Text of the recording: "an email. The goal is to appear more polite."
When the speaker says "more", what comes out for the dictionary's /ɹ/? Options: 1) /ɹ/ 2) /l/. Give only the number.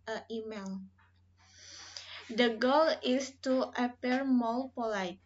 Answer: 2